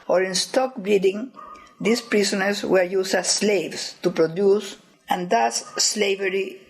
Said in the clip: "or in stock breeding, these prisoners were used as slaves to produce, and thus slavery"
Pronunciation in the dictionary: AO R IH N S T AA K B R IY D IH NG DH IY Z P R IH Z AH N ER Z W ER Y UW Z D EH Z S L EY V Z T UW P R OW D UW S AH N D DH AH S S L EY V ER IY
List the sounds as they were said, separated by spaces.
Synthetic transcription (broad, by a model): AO R IH N S T AA K B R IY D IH NG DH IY S P R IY S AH N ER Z W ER Y UW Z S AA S L EY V S T UW P R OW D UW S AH N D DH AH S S L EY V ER IY